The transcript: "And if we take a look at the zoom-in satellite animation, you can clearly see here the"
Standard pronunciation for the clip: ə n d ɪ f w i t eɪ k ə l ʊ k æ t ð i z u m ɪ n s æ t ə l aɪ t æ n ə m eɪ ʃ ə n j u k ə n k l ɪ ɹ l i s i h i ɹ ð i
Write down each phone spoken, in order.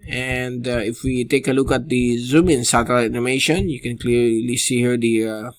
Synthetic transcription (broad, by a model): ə n d ɪ f w i t eɪ k ə l ʊ k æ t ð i z u m ɪ n s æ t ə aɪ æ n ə m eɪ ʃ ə n j u k ə n k l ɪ ɹ l i s i h i ɹ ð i